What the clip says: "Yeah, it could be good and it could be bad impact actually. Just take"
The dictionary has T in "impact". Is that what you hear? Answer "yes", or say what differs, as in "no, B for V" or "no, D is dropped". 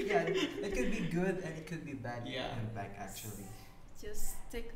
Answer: no, T is dropped